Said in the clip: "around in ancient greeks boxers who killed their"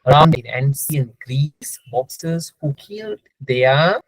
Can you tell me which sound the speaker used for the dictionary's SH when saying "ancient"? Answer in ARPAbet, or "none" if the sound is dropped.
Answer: S